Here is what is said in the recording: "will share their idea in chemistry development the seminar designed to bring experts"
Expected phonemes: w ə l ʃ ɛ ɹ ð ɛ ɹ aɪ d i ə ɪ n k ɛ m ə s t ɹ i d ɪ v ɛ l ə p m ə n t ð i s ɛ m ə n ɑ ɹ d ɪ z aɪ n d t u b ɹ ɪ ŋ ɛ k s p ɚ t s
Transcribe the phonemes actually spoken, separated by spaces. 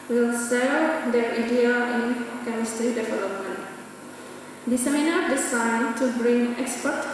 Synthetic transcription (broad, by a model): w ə l s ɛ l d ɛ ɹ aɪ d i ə ɪ n k ɛ m ə s t ɹ i d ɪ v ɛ l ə p m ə n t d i s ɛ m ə n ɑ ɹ d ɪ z aɪ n t u b ɹ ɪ ŋ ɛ k s p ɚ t